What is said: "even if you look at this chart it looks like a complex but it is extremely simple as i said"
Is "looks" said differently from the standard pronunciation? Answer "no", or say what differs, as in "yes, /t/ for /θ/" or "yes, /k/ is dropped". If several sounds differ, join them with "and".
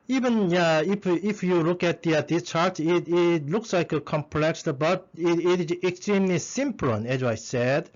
no